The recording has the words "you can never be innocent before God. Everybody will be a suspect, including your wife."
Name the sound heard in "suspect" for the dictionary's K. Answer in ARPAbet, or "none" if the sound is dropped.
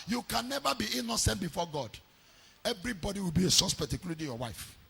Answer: none